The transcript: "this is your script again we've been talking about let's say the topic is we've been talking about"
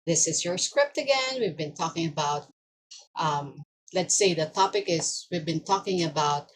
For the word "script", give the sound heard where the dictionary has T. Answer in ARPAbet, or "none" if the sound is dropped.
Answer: T